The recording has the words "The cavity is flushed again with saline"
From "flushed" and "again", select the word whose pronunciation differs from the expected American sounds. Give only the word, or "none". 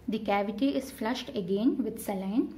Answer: none